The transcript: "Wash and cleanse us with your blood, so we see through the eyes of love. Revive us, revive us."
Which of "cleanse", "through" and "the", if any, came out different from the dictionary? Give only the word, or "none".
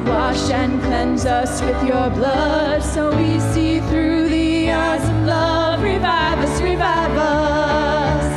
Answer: none